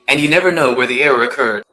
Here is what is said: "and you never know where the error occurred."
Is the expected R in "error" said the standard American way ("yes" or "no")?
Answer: yes